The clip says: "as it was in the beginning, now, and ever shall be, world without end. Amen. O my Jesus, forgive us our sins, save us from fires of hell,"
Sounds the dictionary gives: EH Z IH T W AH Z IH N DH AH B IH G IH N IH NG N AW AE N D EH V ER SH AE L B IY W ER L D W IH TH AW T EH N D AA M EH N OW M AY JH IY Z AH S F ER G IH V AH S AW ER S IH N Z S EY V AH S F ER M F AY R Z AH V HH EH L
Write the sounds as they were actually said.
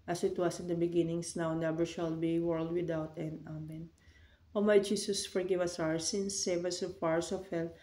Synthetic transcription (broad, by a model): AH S IH T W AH S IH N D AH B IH G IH N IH NG N AW N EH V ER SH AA L B IY W ER L D W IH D AW T EH N D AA M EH N OW M AY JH IY S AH S F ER G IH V AH S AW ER S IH N S EY V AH S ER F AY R S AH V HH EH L